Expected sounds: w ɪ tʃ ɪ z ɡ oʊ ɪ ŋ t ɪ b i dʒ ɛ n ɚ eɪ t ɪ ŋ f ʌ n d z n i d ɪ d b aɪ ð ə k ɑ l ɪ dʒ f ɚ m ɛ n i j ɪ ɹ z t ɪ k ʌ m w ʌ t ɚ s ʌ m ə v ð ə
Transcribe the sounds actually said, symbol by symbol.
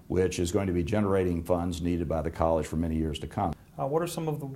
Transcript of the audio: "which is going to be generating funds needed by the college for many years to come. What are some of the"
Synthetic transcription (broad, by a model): w ɪ tʃ ɪ z ɡ oʊ ɪ ŋ t ɪ b i dʒ ɛ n ɚ eɪ t ɪ ŋ f ʌ n d z n i d ɪ d b aɪ ð ə k ɑ l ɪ ʒ f ɚ m ɛ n i j ɪ ɹ z t ɪ k ʌ m w ʌ t ɚ s ʌ m ə v ð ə